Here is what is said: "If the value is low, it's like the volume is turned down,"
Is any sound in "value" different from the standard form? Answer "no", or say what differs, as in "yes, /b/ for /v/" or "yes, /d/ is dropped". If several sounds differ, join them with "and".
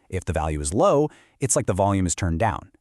no